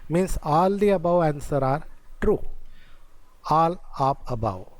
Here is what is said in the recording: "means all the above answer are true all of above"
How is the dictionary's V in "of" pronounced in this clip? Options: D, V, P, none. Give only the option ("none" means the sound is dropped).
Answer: P